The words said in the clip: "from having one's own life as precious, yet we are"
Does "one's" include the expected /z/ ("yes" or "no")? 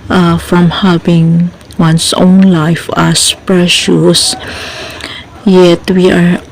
no